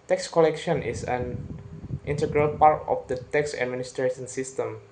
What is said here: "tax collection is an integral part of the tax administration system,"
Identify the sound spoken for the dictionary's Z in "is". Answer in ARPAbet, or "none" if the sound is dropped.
S